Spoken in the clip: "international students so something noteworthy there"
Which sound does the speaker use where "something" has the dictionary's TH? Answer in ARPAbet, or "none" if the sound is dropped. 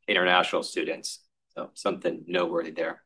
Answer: TH